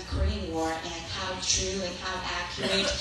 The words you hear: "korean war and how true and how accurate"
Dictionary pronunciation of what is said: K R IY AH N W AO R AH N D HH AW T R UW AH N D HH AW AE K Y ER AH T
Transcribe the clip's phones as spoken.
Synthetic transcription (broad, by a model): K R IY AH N W AO R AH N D HH AW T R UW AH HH AW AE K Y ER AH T